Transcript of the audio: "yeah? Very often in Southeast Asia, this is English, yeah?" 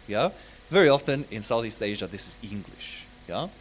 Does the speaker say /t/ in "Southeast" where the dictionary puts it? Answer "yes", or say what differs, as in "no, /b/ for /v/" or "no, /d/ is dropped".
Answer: yes